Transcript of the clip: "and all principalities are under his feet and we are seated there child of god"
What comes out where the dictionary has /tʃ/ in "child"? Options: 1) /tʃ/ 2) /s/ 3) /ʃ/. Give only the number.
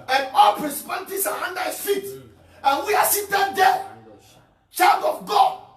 1